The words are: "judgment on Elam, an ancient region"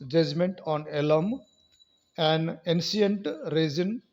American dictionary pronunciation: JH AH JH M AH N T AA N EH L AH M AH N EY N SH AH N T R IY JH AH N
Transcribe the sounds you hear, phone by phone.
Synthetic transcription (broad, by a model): JH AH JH M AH N T AA N EH L AH M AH N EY N S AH N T R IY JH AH N